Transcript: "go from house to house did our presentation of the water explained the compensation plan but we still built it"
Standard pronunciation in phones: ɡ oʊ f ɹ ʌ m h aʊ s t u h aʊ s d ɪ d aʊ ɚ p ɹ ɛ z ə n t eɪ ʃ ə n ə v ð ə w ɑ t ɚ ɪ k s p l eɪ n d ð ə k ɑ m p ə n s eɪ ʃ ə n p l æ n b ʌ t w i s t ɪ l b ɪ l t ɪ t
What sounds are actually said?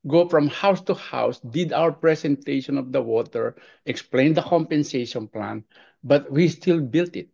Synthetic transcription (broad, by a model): ɡ oʊ f ɹ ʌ m h aʊ s t u h aʊ s d ɪ d aʊ ɚ p ɹ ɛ s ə n t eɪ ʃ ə n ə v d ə w ɑ t ɚ ɪ k s p l eɪ n d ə k ɑ m p ə n s eɪ ʃ ə n p l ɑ n b ʌ t w i s t ɪ l b ɪ l t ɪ t